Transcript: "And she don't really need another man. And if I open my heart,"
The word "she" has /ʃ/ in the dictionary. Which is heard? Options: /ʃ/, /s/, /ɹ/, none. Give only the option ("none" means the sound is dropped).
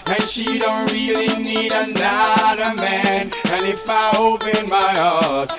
/ʃ/